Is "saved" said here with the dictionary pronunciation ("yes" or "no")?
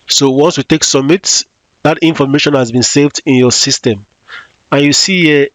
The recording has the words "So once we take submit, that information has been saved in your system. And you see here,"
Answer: yes